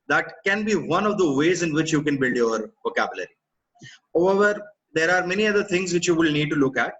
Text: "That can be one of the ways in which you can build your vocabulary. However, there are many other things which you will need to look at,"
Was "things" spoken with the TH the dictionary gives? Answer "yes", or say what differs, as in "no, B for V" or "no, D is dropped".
no, T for TH